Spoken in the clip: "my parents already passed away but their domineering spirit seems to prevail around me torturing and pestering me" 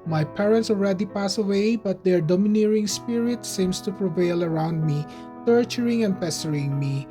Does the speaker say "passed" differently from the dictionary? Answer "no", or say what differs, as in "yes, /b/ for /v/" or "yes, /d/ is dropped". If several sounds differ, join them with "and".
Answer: yes, /t/ is dropped